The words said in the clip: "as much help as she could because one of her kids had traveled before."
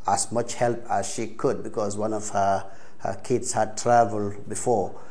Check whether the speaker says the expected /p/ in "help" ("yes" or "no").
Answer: yes